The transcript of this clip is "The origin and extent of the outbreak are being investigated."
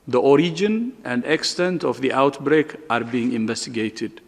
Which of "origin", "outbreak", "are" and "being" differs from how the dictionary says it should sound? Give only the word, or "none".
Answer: none